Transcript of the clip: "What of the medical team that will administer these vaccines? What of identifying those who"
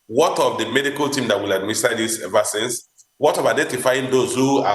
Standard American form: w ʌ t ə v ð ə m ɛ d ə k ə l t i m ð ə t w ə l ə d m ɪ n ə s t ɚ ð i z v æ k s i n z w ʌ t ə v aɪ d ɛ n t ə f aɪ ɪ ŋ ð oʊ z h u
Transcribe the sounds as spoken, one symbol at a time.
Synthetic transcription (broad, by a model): w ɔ t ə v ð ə m ɛ d ə k ə l t i m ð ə t w ə l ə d m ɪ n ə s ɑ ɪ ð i s v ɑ s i n s w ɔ t ə v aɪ d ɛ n t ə f aɪ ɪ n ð oʊ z h u